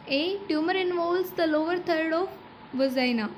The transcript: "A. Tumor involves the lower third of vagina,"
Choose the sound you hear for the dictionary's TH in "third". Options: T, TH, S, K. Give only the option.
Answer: T